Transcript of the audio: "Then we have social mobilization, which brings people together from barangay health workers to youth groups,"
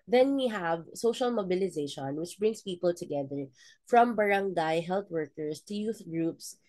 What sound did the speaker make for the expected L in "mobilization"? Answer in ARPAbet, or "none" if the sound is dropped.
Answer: L